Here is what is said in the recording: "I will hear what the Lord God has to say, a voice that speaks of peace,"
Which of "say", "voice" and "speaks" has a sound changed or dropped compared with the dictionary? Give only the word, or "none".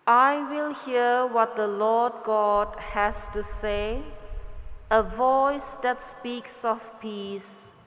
none